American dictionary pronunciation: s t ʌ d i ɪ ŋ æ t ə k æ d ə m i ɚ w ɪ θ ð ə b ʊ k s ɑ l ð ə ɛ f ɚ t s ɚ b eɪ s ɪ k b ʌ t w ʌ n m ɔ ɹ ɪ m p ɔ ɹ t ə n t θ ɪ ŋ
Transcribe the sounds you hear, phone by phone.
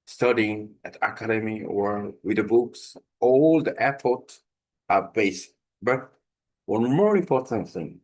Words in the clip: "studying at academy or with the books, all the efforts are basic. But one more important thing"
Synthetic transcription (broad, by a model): s t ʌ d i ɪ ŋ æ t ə k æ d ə m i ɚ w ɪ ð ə b ʊ k s ɑ l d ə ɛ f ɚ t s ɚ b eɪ ɪ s b ʌ t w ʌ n m ɔ ɹ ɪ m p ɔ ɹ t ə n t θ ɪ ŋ